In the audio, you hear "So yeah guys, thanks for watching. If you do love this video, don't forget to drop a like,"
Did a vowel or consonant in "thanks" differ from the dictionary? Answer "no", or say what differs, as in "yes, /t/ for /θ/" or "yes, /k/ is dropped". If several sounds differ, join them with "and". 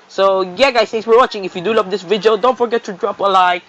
yes, /k/ is dropped